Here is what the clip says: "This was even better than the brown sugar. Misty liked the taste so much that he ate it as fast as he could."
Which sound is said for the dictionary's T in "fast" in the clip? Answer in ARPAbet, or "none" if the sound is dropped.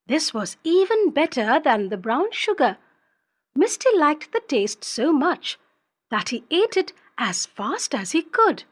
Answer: T